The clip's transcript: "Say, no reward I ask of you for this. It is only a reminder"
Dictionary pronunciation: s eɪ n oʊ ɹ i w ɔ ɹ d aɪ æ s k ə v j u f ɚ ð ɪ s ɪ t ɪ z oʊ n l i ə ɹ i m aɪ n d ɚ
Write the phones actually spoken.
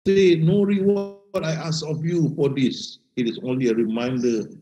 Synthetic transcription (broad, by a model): s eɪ n oʊ ɹ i w ɔ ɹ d aɪ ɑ s ə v j u f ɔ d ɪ s ɪ t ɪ s oʊ n l i ə ɹ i m aɪ n d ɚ